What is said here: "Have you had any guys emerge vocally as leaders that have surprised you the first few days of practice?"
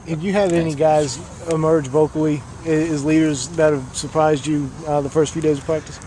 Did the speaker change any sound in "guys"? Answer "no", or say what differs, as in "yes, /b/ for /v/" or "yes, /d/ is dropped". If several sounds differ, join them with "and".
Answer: no